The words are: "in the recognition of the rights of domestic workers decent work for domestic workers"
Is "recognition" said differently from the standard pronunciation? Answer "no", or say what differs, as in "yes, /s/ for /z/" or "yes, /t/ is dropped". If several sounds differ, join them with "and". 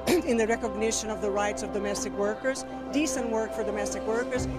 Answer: no